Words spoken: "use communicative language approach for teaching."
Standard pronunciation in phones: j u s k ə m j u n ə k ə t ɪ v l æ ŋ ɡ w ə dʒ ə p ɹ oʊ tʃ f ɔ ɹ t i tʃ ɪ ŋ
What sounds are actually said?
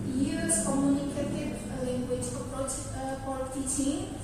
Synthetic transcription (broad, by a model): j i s k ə m j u n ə k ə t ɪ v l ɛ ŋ ɡ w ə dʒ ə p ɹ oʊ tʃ p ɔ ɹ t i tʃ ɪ